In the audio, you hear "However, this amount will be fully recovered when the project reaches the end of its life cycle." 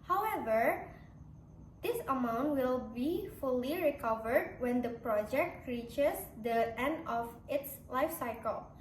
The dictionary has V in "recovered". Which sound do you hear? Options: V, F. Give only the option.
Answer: V